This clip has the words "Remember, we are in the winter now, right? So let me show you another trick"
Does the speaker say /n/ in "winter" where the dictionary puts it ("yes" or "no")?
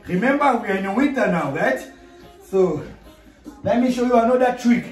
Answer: no